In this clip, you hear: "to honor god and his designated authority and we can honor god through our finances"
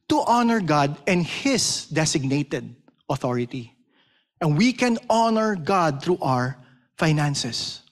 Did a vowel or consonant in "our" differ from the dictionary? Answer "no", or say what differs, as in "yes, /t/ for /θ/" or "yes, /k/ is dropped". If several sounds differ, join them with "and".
no